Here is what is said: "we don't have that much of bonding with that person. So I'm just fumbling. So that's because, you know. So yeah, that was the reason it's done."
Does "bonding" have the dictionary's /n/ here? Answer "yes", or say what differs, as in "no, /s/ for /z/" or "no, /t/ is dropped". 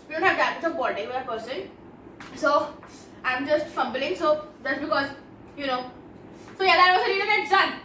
no, /n/ is dropped